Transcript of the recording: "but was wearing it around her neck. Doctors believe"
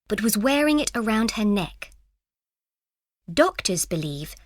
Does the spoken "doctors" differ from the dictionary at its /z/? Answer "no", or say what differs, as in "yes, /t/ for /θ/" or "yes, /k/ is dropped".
no